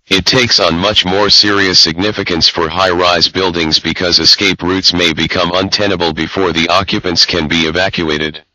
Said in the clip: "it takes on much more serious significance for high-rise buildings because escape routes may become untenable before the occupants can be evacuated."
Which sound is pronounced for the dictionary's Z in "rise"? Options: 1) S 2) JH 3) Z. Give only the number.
3